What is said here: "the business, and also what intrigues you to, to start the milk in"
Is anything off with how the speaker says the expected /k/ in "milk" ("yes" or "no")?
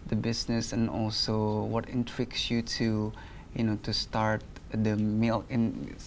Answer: yes